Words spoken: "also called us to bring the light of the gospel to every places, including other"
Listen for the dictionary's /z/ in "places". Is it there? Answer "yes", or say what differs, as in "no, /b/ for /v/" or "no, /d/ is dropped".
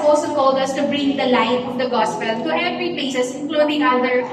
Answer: no, /s/ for /z/